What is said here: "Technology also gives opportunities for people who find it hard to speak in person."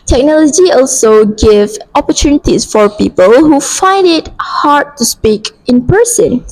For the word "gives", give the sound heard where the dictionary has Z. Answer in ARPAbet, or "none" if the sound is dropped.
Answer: none